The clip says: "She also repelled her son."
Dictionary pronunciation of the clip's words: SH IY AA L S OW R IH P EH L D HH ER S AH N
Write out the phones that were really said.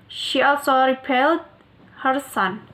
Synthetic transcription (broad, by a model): SH IY AA L S OW R IH P EH L D HH ER S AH N